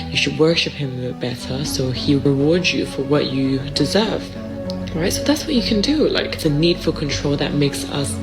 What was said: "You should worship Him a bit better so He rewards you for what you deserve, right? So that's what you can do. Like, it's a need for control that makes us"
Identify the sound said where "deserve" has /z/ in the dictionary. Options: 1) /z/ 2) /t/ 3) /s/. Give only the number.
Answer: 1